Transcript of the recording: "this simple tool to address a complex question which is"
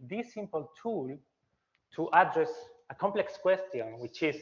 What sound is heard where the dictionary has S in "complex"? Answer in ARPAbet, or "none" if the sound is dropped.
S